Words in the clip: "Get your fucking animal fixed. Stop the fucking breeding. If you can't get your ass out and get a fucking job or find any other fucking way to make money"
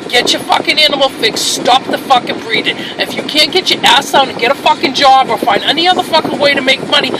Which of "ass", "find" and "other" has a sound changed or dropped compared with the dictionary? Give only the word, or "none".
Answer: none